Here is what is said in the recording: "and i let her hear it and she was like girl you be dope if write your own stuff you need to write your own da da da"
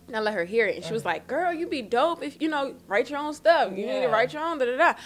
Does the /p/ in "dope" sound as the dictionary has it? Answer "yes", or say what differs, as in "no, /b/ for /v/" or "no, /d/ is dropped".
yes